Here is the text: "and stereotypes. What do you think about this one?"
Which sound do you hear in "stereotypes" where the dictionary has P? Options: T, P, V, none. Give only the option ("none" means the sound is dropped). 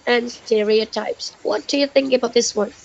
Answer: P